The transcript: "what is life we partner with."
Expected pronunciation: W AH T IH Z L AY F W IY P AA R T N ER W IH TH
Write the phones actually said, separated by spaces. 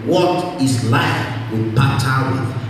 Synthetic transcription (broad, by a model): W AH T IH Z L AY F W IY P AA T ER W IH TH